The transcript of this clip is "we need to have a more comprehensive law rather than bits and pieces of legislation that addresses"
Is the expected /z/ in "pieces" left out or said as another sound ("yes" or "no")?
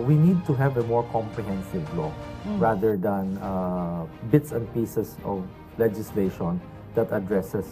yes